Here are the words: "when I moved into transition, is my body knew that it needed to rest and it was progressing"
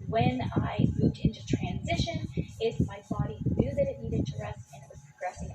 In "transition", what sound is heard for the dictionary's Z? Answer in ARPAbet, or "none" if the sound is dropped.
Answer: Z